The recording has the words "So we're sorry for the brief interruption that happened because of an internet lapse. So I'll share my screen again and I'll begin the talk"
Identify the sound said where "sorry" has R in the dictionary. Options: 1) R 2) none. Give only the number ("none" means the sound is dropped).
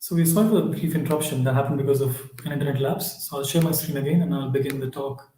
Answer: 2